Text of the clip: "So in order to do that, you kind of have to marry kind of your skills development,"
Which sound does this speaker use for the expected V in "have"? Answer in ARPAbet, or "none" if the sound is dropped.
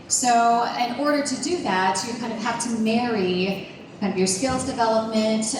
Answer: F